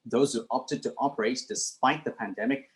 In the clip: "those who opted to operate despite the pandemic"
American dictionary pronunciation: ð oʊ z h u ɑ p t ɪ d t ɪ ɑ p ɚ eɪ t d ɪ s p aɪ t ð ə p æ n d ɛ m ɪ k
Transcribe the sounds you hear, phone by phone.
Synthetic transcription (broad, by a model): ð oʊ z h u ɑ p t ɪ d t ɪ ɑ p ɚ eɪ t d ɪ s p aɪ t ð ə p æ n d ɛ m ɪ k